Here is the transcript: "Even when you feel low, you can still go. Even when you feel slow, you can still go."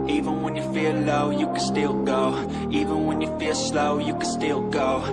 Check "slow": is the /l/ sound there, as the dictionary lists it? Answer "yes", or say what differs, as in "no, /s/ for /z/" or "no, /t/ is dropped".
yes